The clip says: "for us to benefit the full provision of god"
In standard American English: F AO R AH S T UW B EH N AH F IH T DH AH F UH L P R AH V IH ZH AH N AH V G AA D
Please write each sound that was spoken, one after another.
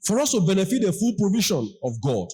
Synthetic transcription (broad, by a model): F AO R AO S T UW B EH N AH F IH T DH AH F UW L P R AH V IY SH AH N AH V G AA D